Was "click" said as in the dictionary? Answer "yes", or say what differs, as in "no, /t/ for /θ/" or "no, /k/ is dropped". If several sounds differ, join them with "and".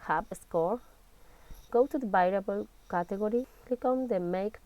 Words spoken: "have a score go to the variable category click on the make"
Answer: no, /l/ is dropped